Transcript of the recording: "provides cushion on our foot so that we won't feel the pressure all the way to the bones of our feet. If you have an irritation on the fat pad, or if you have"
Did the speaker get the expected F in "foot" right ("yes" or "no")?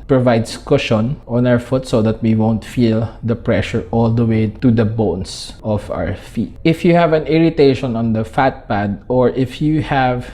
yes